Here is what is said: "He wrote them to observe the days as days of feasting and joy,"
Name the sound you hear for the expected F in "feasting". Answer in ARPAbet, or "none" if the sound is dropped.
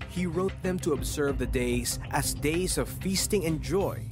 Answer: F